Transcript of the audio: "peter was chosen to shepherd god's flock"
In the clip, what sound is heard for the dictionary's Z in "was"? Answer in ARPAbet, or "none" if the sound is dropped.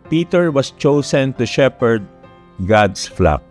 S